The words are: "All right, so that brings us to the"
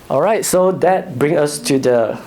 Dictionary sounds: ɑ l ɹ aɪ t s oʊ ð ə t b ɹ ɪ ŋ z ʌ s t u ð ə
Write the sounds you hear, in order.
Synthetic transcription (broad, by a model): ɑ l ɹ aɪ t s oʊ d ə t b ɹ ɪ ŋ ʌ s t u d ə